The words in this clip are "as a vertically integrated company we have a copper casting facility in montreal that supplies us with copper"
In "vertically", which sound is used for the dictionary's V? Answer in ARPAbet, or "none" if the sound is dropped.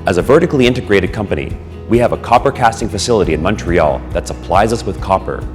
V